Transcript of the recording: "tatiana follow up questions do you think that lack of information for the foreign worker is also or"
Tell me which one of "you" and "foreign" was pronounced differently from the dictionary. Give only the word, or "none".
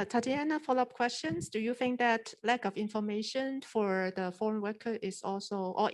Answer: none